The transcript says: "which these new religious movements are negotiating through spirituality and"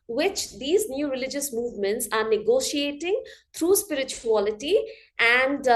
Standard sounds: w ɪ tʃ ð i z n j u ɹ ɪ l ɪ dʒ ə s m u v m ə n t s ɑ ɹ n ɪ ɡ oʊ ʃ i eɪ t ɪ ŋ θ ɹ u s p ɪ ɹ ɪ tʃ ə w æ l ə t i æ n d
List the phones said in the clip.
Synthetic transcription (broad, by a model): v ɪ tʃ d i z n j u ɹ ɪ l ɪ dʒ ə s m u v m ə n t s ɑ ɹ n ɪ ɡ oʊ ʃ i eɪ t ɪ ŋ t ɹ u s p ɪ ɹ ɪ tʃ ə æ l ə t i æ n d